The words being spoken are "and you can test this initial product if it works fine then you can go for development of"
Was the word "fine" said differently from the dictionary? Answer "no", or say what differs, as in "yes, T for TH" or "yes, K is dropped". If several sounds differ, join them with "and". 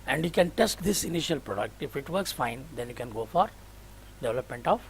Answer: no